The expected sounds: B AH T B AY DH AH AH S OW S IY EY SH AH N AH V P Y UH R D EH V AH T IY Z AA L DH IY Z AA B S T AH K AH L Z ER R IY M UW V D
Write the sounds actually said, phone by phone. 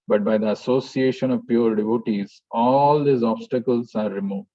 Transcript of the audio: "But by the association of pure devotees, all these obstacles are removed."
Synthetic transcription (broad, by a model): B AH T B AY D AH AH S OW S IY EY SH AH N AH V P Y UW R D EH V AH T IY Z AA L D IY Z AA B S T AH K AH L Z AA R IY M UW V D